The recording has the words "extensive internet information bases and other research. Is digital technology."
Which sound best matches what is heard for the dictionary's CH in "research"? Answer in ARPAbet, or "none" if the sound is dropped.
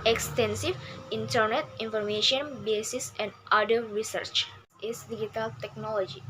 CH